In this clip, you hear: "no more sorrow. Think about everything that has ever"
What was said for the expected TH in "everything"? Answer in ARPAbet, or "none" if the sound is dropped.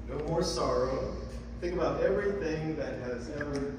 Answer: TH